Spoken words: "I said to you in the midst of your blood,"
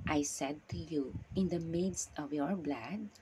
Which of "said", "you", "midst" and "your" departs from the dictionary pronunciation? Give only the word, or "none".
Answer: none